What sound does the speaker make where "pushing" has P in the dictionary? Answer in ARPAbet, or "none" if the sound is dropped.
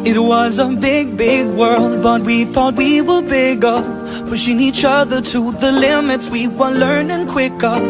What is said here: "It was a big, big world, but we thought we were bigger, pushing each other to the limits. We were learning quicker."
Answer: F